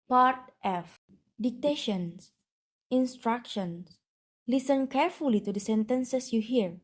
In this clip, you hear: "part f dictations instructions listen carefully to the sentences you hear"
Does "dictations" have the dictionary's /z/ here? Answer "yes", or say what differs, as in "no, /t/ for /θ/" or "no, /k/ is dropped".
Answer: no, /s/ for /z/